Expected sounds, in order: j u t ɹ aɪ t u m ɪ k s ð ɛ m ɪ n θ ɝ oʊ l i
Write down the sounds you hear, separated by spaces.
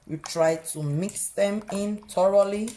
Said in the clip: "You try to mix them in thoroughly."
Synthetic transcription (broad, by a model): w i t ɹ aɪ t u m ɪ k s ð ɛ m ɪ n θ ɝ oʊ l i